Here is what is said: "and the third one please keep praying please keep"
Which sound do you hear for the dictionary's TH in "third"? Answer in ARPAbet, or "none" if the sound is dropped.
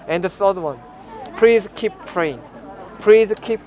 S